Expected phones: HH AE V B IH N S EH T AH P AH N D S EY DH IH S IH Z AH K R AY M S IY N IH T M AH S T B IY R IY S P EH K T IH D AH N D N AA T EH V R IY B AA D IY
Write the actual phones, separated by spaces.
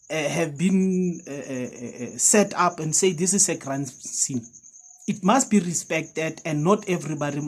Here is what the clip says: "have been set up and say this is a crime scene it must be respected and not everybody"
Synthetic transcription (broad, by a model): HH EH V B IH N S EH T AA P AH N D S EY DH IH S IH S AH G R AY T S IY N IH T M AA S T B IY R IY S P EH K T IH D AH N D N AA T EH V R IY B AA D IY